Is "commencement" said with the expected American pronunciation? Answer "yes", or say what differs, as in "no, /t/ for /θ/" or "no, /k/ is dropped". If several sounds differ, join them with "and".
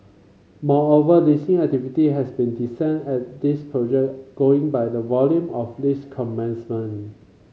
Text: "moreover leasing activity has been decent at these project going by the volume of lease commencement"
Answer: no, /t/ is dropped